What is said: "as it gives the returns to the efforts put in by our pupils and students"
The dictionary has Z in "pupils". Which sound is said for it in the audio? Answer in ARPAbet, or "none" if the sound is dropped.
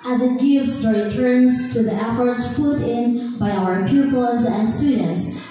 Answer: Z